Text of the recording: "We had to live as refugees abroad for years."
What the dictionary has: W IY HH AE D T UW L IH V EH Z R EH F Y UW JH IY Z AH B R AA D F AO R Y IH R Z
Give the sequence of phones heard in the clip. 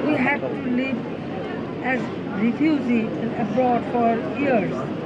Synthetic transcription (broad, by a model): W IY HH AE D T UW L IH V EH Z R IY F Y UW Z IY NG AH B R AA D F AO R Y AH R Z